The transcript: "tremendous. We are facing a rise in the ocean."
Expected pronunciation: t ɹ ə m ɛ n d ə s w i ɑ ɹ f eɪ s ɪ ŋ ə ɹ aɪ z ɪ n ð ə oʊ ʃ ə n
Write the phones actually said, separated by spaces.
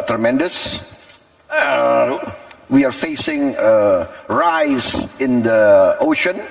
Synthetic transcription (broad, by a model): t ɹ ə m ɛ n d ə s w i ɑ ɹ f eɪ s ɪ ŋ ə ɹ aɪ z ɪ n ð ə oʊ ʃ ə n